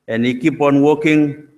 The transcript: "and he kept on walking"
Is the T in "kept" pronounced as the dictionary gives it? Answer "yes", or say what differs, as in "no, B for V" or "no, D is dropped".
no, T is dropped